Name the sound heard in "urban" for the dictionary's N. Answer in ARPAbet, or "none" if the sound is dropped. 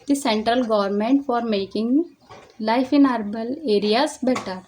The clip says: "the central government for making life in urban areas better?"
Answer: L